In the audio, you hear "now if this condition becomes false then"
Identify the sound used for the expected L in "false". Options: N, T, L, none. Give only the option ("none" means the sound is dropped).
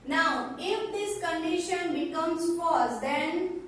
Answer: none